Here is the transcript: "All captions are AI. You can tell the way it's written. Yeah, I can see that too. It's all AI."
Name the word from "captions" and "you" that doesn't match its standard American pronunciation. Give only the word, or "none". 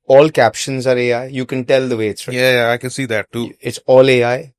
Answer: none